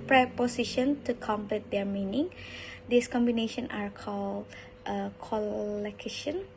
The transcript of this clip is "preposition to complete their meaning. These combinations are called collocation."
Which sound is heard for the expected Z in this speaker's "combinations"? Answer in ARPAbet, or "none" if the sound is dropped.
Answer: none